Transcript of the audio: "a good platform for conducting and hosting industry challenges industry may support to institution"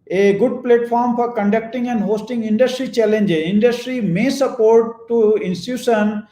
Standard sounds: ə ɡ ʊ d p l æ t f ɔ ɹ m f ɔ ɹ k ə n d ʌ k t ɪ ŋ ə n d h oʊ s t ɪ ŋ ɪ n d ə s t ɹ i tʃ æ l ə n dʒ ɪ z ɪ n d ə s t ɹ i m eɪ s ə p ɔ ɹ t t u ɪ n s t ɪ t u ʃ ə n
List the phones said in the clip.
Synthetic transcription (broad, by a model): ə ɡ ʊ d p l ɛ t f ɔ ɹ m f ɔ ɹ k ə n d ʌ k t ɪ ŋ ə n d h oʊ s t ɪ ŋ ɪ n d ə s t ɹ i tʃ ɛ l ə n dʒ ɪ ɪ n d ə s t ɹ i m eɪ s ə p ɔ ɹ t t u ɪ n s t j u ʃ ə n